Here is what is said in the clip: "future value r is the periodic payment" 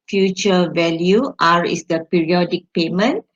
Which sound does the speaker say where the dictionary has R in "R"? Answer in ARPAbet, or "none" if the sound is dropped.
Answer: R